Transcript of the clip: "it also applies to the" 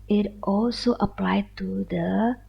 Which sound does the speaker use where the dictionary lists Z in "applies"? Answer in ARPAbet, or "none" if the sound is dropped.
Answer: none